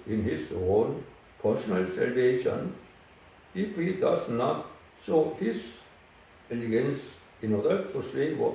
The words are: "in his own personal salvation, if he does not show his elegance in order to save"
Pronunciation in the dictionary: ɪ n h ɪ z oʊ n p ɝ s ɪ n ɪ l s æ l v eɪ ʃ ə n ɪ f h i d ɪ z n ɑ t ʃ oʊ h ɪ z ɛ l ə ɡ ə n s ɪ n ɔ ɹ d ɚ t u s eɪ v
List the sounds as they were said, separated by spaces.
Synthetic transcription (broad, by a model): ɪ n h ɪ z oʊ n p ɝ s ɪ n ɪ l s æ l v eɪ ʃ ə n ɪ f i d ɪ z n ɑ t s oʊ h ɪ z ɛ l ə ɡ ə n s ɪ n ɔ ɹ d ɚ t u s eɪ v